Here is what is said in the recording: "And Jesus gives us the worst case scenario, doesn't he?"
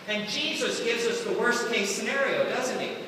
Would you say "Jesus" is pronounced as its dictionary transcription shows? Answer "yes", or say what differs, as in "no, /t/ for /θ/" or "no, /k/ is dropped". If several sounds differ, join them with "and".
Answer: yes